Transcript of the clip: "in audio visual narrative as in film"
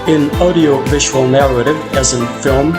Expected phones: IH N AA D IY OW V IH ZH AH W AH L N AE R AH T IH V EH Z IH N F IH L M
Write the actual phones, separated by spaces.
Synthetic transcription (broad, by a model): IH N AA D IY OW V IH ZH AH W AH L N AE R AH T IH V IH Z IH N F IH L M